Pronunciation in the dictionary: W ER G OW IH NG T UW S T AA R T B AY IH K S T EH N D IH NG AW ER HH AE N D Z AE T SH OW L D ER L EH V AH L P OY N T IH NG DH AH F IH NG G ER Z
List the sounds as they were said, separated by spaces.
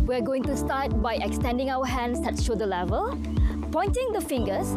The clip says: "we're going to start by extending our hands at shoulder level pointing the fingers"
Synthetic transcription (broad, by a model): W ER G OW IH NG T UW S T AA T B AY IH K S T EH N D IH NG AW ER HH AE N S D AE T SH OW D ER L EH V AH L P OY N T IH NG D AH F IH NG G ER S